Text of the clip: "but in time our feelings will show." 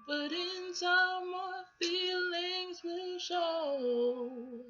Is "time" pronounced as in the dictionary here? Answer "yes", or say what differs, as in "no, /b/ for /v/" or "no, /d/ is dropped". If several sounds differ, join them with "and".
no, /s/ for /t/